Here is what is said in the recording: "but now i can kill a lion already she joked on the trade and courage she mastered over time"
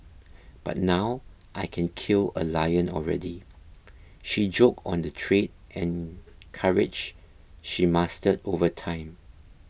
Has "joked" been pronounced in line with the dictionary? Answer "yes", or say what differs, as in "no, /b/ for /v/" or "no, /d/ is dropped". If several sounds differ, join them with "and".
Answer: no, /t/ is dropped